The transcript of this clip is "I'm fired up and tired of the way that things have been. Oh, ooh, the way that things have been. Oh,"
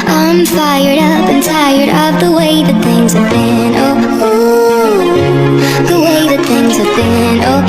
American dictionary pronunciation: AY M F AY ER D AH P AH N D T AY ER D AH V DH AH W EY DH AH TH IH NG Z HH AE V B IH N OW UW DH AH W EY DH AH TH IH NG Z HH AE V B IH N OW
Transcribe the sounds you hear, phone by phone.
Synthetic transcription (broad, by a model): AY M F AY ER D AH P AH N T AY ER D AH P DH AH W EY DH AH TH IH NG Z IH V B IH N OW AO DH AH W EY DH AH TH IH NG Z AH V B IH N OW